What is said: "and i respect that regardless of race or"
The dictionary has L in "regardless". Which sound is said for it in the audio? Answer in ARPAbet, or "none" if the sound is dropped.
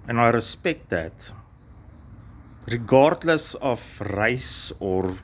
L